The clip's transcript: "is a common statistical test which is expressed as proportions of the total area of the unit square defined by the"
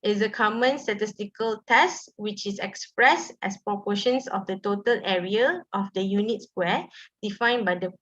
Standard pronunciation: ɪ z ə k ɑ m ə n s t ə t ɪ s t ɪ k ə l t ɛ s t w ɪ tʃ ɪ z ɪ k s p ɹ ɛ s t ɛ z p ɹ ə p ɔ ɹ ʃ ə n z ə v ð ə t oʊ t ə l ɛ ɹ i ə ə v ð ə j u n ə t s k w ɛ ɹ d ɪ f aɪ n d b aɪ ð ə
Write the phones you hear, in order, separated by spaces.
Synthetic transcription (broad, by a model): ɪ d ə k ɑ m ə n s t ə t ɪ s t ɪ k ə l t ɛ s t w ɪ tʃ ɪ s ɪ k s p ɹ ɛ s t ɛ s p ɹ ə p ɔ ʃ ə n s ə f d ə t oʊ t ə l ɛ ɹ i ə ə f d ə j u n ə t s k w ɛ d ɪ f aɪ n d b aɪ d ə